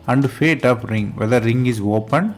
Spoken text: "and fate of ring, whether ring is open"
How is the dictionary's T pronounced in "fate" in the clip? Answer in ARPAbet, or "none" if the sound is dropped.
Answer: T